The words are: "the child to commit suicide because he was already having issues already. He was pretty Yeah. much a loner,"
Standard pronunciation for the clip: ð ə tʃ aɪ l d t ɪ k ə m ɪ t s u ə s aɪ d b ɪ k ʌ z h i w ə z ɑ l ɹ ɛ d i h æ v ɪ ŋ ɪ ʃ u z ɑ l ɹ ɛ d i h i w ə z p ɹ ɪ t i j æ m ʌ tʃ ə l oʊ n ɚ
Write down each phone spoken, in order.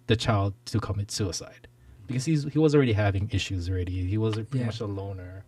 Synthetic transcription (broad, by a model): ð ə tʃ aɪ l d t ɪ k ə m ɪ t s u ə s aɪ d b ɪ k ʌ z h i w ə z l ɹ ɛ d i h æ v ɪ ŋ ɪ ʃ u z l ɹ ɛ d i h i w ə z p ɹ ɪ t i m ʌ tʃ ə l oʊ n ɚ